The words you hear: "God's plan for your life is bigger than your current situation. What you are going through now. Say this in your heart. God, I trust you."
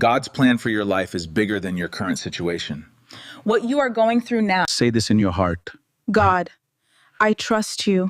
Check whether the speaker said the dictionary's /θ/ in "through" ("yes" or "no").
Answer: yes